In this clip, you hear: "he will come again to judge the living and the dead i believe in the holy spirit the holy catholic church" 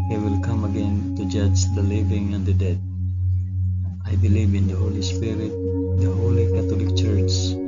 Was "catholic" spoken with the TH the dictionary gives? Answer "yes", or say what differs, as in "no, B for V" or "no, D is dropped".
no, T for TH